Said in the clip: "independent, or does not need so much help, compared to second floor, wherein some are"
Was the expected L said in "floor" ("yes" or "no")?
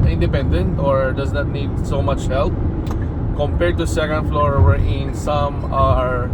yes